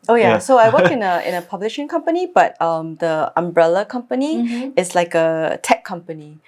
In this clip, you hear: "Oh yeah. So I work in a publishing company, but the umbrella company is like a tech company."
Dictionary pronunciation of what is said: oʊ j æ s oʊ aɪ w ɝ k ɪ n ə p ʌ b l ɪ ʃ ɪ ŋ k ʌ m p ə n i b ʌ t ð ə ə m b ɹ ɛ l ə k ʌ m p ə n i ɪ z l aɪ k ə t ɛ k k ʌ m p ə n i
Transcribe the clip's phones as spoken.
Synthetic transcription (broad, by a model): oʊ j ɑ s oʊ aɪ w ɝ k ɪ n ə p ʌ b l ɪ ʃ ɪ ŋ k ʌ m p ə n i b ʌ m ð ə ə m b ɹ ɛ l ə k ʌ m p ə n i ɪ s l aɪ k ə t ɛ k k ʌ m p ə n i